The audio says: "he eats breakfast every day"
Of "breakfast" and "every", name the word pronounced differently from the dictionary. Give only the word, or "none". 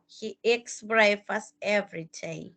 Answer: breakfast